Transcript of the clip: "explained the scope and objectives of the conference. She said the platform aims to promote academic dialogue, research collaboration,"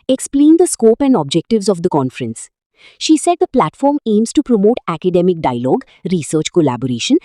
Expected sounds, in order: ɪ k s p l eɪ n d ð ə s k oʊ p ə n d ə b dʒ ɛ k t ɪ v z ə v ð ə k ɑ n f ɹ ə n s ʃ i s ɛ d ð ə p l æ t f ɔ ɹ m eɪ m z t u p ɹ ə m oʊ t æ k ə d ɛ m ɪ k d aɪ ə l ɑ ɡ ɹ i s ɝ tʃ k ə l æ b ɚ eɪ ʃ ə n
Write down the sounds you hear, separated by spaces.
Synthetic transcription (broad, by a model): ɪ k s p l eɪ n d ə s k oʊ p ə n d ə b dʒ ɛ k t ɪ v z ə v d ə k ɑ n f ɹ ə n s ʃ i s ɛ d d ə p l æ t f ɔ ɹ m eɪ m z t u p ɹ ə m oʊ t æ k ə d ɛ m ɪ k d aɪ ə l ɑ ɡ ɹ i s ɝ tʃ k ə l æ b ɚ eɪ ʃ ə n